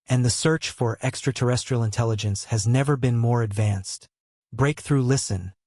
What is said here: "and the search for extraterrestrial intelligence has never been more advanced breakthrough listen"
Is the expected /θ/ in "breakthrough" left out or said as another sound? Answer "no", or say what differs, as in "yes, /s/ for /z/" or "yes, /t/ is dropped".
no